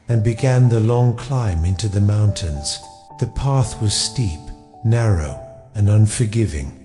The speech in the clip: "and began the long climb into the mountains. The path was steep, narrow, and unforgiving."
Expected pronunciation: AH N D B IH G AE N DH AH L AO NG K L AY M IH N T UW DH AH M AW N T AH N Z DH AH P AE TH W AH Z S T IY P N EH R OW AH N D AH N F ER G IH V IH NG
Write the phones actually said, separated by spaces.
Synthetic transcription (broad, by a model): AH N B IH G AE N DH AH L AO NG K L AY M IH N T UW DH AH M AW N T AH N Z DH AH P AE TH W AH Z S T IY P N EH R OW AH N AH N F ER G IH V IH NG